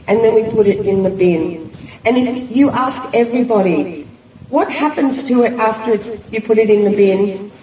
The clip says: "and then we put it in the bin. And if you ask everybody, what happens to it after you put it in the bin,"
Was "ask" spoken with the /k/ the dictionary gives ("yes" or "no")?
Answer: yes